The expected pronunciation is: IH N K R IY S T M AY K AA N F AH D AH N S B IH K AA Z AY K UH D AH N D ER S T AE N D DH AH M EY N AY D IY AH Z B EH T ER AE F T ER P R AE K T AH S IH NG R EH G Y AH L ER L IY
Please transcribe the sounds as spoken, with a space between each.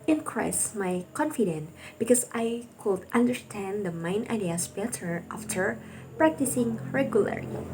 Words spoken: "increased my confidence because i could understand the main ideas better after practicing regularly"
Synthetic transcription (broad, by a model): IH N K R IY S M AY K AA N F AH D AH N B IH K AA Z AY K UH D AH N D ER S T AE N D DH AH M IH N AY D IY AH S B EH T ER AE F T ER P R AE K T AH S IH NG R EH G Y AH L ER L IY